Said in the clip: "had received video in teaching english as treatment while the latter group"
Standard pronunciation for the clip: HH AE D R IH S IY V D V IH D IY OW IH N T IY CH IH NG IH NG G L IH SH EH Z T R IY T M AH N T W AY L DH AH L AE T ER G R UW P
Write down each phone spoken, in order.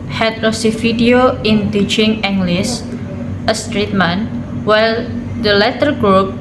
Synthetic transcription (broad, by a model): HH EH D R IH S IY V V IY D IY OW IH N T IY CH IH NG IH NG G L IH S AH S T R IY T M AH N W AY L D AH L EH T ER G R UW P